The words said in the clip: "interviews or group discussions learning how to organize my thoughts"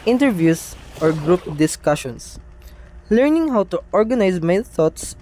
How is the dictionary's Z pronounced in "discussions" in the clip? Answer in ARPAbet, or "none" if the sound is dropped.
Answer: S